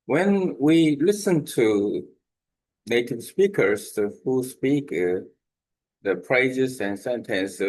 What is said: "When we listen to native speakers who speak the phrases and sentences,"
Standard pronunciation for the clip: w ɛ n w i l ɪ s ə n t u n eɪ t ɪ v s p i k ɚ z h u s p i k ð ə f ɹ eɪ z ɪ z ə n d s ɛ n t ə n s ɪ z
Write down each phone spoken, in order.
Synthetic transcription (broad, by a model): w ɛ n w i l ɪ s ə n t u n eɪ t ɪ v s p i k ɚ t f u s p i k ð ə p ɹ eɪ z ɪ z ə n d s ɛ n t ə n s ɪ